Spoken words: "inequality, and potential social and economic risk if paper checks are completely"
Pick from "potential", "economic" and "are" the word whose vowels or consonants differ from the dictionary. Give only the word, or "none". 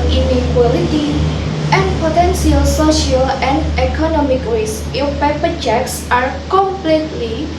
potential